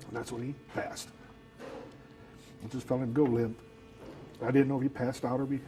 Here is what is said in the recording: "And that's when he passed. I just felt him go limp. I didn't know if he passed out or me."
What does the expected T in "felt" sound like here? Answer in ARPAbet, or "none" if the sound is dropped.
none